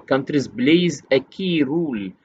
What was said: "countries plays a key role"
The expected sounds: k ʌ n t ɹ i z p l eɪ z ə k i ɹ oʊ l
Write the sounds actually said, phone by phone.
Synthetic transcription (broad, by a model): k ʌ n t ɹ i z b l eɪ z ə k i ɹ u l